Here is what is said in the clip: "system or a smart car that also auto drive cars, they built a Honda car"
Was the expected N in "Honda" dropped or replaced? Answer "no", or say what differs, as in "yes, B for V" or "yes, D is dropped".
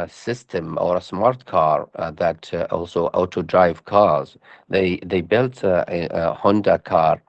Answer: no